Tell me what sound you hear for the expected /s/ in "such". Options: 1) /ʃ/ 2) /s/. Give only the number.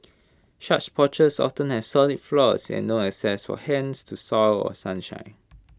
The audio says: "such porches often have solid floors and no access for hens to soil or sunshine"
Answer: 1